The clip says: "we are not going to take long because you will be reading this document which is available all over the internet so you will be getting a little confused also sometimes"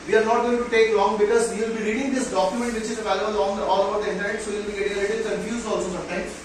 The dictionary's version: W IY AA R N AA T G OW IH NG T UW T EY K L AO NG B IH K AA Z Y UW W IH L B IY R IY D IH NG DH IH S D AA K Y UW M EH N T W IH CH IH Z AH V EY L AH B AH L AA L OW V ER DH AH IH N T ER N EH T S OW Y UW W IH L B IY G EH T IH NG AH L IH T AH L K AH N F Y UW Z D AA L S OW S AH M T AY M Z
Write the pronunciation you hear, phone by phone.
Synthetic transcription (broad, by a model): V IY AA R N AA T G OW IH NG T UW T EY K L AO NG B IH K AA Z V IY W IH L B IY R IY D IH NG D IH S D AA K Y UW M EH N T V IH CH IH Z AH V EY L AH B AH L AA L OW B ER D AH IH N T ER EH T S OW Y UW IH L B IY G EH T IH NG AH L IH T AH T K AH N Y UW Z AA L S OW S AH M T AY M